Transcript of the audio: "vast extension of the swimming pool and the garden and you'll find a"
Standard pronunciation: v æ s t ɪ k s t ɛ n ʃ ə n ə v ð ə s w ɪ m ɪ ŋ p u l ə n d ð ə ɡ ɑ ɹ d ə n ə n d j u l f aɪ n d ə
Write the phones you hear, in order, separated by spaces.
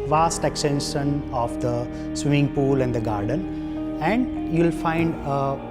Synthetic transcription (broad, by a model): v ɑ s t ɪ k s t ɛ n ʃ ə n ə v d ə s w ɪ m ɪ ŋ p u l ə n d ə ɡ ɑ ɹ d ə n ə n d j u l f aɪ n d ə